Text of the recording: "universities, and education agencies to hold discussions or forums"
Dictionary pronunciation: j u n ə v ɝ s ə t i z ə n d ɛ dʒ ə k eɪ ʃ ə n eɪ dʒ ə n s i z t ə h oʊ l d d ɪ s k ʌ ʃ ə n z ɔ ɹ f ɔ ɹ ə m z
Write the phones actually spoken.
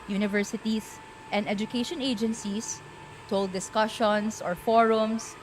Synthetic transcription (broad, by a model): j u n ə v ɝ s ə t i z ə n d ɛ dʒ ə k eɪ ʃ ə n eɪ dʒ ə n s i s t oʊ l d d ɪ s k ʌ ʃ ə n s ɔ ɹ f ɔ ɹ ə m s